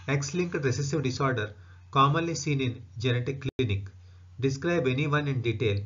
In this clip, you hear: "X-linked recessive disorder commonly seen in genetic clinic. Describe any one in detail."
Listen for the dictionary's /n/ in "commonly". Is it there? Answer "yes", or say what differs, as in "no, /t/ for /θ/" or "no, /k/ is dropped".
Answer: no, /n/ is dropped